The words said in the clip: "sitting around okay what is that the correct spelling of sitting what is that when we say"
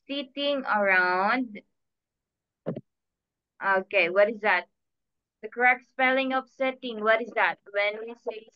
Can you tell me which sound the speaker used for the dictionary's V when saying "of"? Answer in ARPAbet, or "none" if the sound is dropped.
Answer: P